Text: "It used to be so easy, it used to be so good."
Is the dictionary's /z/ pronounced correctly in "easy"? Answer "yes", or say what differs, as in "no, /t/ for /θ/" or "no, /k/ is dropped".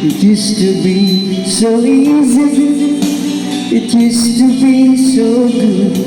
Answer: yes